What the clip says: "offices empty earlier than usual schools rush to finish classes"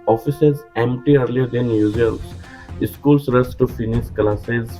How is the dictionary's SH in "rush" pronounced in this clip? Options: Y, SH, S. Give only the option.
S